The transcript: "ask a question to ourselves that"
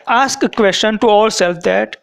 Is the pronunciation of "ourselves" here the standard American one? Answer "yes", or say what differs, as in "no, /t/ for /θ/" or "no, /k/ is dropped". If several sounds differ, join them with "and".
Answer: no, /l/ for /ɹ/